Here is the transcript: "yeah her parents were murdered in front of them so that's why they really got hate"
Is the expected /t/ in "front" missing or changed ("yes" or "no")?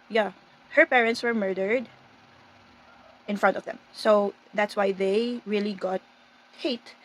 no